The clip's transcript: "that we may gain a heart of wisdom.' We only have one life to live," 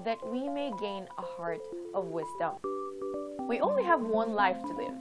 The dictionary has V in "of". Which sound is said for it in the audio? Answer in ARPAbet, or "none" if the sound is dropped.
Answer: V